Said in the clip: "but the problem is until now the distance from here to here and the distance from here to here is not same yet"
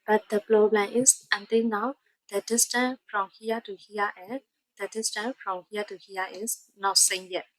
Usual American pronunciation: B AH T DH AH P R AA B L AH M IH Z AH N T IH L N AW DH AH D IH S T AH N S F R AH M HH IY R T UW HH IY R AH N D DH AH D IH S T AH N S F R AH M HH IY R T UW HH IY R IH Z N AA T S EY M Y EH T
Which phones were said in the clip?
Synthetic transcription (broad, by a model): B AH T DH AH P L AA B L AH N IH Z AH N T IH L N AW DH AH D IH S T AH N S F R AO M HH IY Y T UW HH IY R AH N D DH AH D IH S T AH N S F R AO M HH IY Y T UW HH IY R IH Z N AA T S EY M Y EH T